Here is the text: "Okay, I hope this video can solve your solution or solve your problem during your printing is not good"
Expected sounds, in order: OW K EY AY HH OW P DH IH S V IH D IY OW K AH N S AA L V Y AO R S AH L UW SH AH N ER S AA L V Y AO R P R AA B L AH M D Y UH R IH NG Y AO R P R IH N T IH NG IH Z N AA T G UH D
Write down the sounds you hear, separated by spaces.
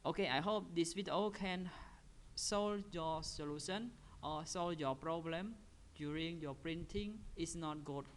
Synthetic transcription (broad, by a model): OW K EY AY HH OW P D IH S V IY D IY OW K AH N S AA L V Y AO S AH L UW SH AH N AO S AA L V Y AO P R AA B L AH M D Y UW R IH NG Y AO P R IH N T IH NG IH S N AA T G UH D